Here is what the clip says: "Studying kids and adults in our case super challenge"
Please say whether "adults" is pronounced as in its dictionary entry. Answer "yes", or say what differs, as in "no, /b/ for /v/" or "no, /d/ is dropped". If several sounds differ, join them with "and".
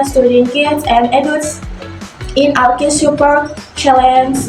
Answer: no, /l/ is dropped